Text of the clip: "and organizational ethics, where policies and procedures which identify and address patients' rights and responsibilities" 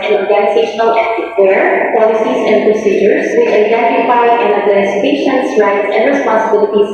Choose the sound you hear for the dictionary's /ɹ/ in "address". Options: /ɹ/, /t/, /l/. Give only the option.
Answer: /l/